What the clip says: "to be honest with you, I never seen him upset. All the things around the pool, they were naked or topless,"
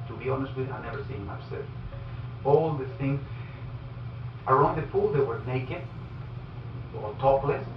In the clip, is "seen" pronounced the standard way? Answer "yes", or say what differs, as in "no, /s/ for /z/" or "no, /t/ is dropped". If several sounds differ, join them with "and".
no, /n/ is dropped